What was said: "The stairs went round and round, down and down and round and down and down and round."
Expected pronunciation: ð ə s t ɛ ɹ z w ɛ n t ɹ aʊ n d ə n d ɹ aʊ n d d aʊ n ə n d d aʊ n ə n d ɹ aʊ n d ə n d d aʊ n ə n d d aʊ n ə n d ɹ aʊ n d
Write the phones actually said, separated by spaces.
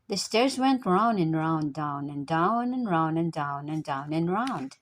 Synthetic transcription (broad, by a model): ð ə s t ɛ ɹ z w ɛ n t ɹ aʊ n ə n ɹ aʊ n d d aʊ n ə n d d aʊ n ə n ɹ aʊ n ə n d d aʊ n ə n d d aʊ n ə n ɹ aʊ n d